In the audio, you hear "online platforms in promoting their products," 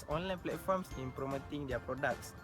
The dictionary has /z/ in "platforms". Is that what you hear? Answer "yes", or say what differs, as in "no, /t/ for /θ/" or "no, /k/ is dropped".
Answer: no, /s/ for /z/